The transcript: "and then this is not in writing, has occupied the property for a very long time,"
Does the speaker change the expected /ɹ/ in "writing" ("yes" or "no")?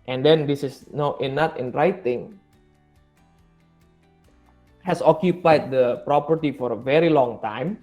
no